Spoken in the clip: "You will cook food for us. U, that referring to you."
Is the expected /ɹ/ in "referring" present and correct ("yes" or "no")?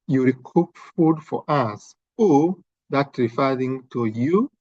yes